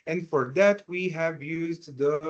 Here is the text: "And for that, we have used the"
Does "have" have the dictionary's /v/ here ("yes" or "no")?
yes